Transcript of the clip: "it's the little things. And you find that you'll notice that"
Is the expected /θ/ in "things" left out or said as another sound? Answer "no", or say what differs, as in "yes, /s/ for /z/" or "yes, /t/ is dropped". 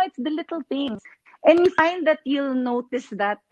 yes, /t/ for /θ/